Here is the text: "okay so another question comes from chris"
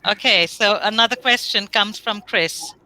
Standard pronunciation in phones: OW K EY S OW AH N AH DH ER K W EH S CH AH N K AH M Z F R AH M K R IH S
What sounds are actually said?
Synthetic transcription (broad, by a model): OW K EY S OW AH N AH DH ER K W EH S CH AH N K AH M Z F R AH M K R IH S